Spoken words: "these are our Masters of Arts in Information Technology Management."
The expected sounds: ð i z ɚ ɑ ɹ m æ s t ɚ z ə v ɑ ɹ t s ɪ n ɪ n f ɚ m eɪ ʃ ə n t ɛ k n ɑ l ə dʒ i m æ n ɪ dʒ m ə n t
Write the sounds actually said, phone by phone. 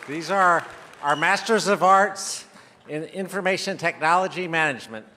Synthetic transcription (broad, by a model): ð i z ɚ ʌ ɹ m æ s t ɚ z ə v ɑ ɹ t s ɪ n ɪ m f ɚ m eɪ ʃ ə n t ɛ k n ɑ l ə dʒ i m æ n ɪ dʒ m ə n t